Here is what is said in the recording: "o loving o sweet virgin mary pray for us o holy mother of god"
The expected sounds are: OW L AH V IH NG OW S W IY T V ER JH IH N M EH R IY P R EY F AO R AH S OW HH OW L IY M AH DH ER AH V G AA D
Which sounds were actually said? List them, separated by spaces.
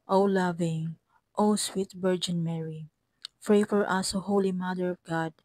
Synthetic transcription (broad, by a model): OW L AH V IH NG OW S W IY T B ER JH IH N M EH R IY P R EY F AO R AH S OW HH OW L IY M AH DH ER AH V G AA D